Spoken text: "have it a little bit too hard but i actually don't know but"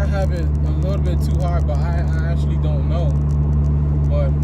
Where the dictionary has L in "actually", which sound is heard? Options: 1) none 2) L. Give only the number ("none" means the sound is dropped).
2